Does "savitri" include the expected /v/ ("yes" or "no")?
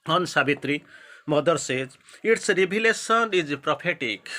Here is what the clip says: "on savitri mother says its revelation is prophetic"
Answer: no